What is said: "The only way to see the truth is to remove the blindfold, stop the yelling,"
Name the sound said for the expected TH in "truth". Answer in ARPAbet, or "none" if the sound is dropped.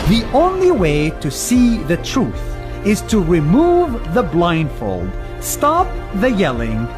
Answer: TH